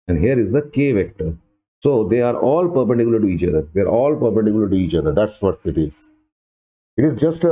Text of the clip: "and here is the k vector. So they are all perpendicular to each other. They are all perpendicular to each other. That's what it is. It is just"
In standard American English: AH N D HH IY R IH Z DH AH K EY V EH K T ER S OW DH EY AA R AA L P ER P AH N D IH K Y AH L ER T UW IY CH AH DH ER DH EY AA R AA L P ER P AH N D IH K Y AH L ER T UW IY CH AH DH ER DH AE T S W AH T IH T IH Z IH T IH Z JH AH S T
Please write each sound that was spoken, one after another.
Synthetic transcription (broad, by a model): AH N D HH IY R IH Z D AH K EY V EH K T ER S OW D EY AA R AA L P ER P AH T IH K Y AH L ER T UW IY CH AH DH ER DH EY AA R AA L P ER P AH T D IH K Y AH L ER T UW IY CH AH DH ER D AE T S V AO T IH T IH Z IH T IH Z JH AH S T